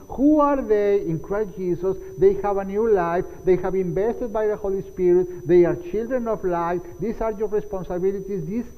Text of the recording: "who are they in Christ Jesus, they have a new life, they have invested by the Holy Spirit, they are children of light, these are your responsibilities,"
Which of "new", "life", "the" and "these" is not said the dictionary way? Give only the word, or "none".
these